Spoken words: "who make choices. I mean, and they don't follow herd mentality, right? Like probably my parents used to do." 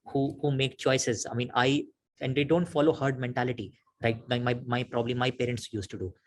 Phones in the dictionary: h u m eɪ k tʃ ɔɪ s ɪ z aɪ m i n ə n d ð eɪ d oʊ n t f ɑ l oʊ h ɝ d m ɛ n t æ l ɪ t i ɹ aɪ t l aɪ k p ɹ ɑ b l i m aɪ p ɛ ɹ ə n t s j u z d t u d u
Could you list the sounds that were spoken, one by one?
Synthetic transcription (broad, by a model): h u m eɪ k tʃ ɔɪ s ɪ z aɪ m i n ə n d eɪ d oʊ n t f ɑ l oʊ h ɝ d m ɛ n t æ l ɪ t i ɹ aɪ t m aɪ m p ɹ ɑ b l i m aɪ p ɛ ɹ ə n t s j u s t u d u